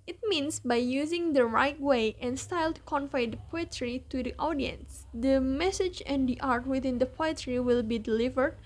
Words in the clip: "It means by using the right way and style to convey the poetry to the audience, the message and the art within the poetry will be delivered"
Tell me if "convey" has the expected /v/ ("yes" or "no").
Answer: no